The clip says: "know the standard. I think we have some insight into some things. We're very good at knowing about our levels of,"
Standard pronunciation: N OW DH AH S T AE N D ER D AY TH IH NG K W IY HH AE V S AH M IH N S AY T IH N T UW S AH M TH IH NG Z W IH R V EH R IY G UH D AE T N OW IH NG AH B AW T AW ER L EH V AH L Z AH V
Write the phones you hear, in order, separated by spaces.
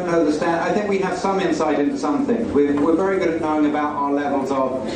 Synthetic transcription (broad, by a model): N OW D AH S T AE N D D AY TH IH NG K W IY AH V S AH M IH N S AY T IH N T UW S AH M TH IH NG Z W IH W V EH R IY G UH D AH N OW IH NG AH B AW T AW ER L EH V AH L Z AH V